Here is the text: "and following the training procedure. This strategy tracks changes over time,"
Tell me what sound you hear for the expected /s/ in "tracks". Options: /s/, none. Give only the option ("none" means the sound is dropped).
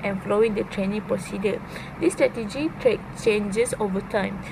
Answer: none